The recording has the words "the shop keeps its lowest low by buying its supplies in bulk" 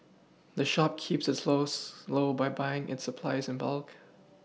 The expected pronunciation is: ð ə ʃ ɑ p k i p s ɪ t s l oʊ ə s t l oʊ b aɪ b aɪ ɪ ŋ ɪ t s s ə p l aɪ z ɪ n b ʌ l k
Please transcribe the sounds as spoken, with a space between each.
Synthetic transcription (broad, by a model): ð ə ʃ ɑ p k i p s ɪ t s l oʊ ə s l oʊ b aɪ b aɪ ɪ ŋ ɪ t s s ə p l aɪ z ɪ n b ʌ l k